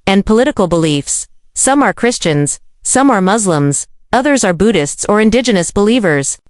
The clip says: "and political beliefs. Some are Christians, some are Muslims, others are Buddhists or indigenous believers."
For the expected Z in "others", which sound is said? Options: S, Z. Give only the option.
Z